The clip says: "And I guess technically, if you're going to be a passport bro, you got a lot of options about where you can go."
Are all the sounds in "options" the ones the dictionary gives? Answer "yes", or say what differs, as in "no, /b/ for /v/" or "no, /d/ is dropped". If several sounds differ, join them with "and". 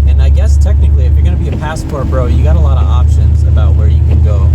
yes